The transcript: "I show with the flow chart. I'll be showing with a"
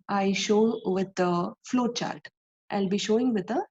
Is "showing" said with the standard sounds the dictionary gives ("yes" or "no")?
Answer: yes